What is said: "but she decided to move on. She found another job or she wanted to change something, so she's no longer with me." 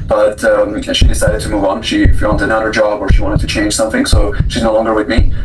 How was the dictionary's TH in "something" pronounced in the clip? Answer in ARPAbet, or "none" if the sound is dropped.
TH